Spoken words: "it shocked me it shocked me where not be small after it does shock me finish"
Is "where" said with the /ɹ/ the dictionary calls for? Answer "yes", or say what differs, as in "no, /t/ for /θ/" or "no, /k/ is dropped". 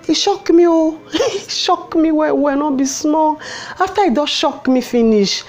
no, /w/ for /ɹ/